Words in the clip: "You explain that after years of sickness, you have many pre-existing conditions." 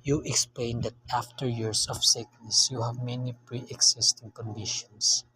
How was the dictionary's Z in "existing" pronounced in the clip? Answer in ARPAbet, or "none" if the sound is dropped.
S